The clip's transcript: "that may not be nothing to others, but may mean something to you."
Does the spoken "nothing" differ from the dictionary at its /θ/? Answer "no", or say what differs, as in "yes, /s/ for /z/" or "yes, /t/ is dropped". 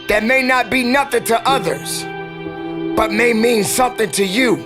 no